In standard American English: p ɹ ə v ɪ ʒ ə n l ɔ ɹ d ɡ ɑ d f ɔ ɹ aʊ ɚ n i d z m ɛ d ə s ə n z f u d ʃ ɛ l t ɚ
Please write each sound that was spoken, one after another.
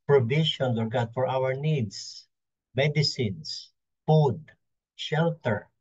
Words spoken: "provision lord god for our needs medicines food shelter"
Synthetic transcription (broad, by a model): p ɹ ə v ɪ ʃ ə n w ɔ ɹ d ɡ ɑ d f ɔ ɹ aʊ ɚ n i d s m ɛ d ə s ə n s f u d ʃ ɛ l t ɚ